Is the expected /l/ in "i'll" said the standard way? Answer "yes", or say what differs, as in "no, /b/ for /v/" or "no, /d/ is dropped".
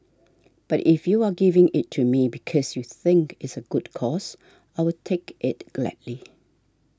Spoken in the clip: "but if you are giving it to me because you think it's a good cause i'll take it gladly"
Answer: no, /w/ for /l/